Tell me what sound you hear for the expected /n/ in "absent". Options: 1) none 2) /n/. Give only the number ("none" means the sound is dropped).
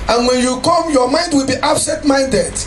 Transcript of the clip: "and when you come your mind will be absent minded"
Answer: 1